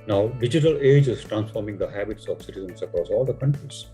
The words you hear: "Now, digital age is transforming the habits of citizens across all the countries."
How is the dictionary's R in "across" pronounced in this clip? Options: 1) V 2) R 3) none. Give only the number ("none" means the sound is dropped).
2